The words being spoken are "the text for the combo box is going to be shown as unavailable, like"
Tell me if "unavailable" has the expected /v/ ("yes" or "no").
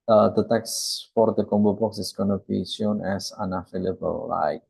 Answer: no